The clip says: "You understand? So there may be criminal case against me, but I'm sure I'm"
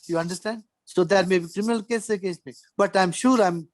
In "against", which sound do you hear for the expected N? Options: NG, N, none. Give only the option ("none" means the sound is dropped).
none